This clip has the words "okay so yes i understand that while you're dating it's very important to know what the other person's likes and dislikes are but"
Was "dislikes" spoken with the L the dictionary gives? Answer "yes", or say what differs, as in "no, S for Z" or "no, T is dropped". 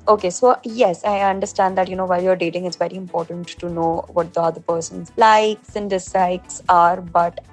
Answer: no, L is dropped